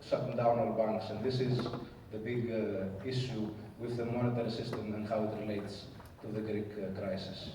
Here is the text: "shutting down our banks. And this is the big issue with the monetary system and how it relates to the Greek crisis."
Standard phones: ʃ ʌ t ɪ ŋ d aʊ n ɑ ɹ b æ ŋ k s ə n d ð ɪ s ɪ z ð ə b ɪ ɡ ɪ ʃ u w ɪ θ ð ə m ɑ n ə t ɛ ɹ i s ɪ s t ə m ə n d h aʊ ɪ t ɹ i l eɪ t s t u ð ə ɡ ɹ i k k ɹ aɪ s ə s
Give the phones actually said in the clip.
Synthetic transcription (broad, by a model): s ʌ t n d aʊ n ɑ l b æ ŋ k s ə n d ð ɪ s ɪ z ð ə b ɪ ɡ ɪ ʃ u w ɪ ð ə m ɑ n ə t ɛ ɹ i s ɪ s t ə m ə n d h aʊ ɪ t ɹ i l eɪ t s t u ð ə ɡ ɹ i k k ɹ aɪ s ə s